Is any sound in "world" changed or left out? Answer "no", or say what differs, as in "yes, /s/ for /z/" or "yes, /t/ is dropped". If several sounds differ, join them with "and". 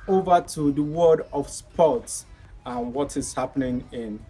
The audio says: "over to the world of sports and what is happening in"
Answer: yes, /l/ is dropped